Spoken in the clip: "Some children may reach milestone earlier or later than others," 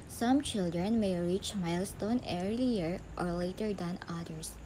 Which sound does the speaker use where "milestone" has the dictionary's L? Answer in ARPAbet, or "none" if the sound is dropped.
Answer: L